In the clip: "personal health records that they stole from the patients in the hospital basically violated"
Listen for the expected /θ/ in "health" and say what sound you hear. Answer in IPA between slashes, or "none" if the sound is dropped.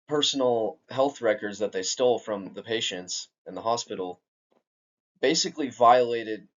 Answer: /θ/